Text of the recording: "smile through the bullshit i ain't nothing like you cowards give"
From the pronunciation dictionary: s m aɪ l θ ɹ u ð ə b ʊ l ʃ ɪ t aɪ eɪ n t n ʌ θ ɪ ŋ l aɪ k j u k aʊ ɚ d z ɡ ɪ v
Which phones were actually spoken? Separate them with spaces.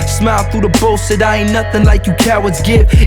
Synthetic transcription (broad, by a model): s m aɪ l θ ɹ u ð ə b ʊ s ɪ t aɪ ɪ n n ʌ θ ɪ ŋ l aɪ k j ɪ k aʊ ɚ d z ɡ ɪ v